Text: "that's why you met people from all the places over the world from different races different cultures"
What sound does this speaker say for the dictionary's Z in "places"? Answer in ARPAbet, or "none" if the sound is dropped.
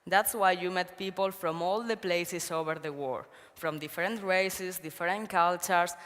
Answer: S